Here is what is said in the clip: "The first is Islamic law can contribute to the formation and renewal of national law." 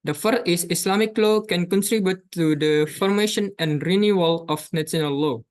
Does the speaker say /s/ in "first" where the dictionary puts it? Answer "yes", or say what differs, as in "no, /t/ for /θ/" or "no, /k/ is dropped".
no, /s/ is dropped